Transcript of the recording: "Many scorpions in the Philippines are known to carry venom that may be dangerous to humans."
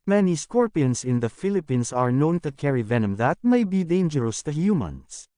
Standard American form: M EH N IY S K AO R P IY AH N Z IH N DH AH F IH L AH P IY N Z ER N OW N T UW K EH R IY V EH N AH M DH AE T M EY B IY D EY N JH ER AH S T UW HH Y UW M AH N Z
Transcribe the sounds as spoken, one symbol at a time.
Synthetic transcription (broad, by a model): M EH N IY S K AO R P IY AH N S IH N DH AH F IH L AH P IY N S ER N OW N T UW K EH R IY V EH N AH M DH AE T M EY B IY D EY N JH ER AH S T UW HH Y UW M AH N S